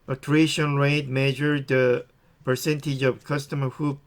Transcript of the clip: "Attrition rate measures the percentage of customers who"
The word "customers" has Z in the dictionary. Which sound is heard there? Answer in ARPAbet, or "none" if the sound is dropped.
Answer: none